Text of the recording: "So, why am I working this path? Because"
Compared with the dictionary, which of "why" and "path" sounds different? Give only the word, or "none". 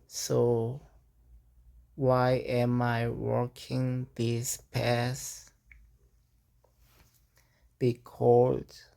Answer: path